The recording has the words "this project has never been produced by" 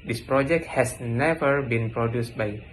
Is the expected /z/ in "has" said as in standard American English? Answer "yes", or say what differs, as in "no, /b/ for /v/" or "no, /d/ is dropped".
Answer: no, /s/ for /z/